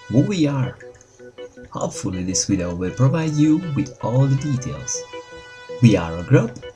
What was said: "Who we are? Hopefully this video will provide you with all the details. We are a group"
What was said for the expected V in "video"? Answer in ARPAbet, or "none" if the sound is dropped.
W